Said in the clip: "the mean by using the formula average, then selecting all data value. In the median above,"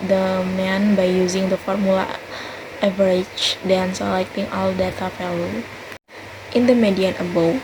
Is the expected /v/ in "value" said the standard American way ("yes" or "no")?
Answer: no